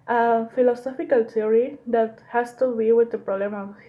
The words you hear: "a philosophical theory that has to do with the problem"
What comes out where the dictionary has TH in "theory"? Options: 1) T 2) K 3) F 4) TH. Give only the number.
1